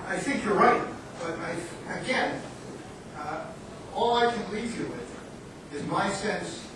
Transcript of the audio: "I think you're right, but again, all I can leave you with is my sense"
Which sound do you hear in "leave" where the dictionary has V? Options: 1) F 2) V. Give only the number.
2